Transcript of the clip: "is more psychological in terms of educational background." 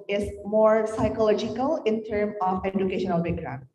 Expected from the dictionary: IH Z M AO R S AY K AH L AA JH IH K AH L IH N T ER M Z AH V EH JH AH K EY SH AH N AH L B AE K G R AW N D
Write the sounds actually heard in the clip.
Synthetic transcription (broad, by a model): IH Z M AO R S AY K AH L AA JH IH K AH L IH N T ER M AH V EH JH AH K EY SH AH N AH L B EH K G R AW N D